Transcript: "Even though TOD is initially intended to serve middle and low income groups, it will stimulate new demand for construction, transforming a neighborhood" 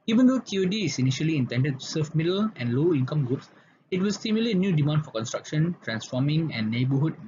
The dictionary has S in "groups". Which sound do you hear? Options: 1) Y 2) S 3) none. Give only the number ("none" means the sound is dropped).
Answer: 2